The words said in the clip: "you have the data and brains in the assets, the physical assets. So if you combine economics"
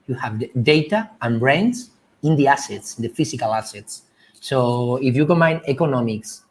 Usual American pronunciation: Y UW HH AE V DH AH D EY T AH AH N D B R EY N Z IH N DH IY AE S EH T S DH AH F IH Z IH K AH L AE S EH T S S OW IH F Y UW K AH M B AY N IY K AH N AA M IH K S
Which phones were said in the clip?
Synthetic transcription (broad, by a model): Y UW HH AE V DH D EY T AH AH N B R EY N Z IH N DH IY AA S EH T S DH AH F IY S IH K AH L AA S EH T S S OW IH F Y UW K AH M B AY N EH K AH N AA M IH K S